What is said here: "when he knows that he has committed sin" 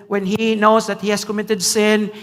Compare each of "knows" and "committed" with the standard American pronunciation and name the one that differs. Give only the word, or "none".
knows